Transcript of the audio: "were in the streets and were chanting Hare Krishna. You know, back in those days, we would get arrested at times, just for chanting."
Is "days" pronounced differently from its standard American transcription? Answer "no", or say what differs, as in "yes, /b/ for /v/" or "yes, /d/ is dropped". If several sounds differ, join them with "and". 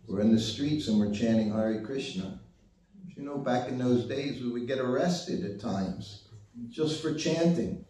no